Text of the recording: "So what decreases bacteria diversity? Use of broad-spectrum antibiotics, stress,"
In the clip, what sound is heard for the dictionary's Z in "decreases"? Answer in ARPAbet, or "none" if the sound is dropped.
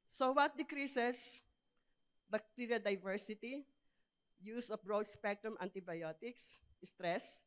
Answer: S